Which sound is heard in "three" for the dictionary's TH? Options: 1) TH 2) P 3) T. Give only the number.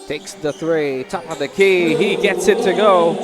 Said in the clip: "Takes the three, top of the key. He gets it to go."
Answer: 1